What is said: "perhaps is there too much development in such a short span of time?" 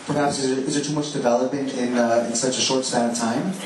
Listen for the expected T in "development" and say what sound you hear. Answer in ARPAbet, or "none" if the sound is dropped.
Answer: none